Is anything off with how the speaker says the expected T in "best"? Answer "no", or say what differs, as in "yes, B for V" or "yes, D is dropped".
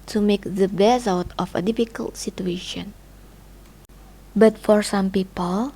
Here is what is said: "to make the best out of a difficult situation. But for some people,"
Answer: yes, T is dropped